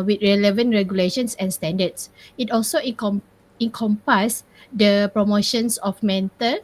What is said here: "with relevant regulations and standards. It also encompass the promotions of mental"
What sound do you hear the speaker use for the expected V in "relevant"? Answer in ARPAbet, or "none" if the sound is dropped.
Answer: V